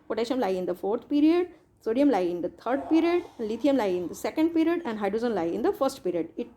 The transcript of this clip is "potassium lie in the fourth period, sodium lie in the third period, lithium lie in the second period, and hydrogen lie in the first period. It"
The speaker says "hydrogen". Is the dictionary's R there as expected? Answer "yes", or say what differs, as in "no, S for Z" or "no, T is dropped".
no, R is dropped